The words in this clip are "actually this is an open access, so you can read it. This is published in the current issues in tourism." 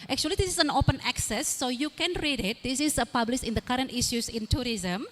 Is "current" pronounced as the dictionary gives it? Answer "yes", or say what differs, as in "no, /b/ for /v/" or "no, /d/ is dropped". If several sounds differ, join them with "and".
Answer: yes